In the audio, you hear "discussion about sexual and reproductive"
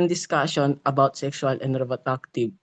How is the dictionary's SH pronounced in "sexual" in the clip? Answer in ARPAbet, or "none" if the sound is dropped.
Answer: S